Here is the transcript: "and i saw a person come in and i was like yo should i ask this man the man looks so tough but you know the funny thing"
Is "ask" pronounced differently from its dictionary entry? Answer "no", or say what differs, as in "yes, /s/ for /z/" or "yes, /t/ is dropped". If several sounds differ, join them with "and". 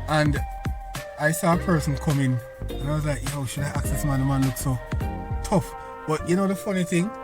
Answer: yes, /s/ is dropped